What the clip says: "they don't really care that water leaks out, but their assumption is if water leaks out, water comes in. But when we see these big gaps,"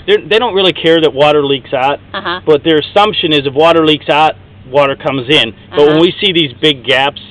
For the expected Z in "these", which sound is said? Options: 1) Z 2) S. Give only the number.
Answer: 1